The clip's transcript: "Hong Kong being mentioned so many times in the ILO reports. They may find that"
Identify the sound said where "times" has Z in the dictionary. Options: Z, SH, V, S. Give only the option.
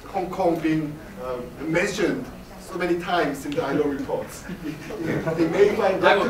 S